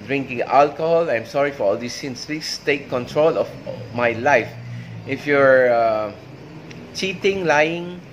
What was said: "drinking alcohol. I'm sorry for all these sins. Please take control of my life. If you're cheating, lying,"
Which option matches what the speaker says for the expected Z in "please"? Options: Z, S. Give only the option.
S